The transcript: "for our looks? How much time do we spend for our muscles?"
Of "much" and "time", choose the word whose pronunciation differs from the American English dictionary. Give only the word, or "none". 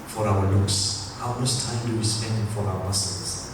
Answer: much